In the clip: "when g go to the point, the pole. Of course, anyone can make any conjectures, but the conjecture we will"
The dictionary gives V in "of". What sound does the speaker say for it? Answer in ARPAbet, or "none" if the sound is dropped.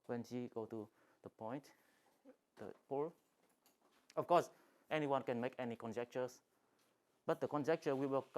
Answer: F